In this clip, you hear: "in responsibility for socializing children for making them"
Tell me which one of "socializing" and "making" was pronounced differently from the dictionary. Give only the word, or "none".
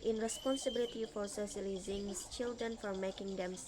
socializing